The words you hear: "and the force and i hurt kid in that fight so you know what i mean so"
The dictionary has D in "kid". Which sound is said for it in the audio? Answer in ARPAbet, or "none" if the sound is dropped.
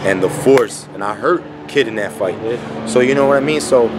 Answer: D